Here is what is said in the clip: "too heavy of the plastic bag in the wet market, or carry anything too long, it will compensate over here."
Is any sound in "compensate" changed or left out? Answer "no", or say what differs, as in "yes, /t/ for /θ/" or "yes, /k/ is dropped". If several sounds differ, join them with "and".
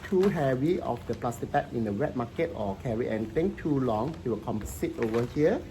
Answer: yes, /n/ is dropped